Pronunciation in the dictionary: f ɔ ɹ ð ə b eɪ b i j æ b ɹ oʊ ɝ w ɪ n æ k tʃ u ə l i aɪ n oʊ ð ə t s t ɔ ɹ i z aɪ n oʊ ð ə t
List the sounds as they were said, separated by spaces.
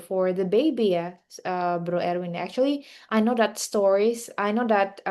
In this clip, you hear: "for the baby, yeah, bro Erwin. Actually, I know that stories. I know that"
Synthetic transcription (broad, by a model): f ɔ ɹ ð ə b eɪ b i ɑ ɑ b ɹ oʊ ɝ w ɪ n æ k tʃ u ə l i aɪ n oʊ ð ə t s t ɔ ɹ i s aɪ n oʊ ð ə t